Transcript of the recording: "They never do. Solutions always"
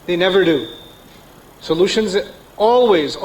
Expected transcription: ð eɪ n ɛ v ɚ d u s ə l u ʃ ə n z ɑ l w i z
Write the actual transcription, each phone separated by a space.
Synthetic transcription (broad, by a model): ð eɪ n ɛ v ɚ d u s ə l u ʃ ə n z ɑ l w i z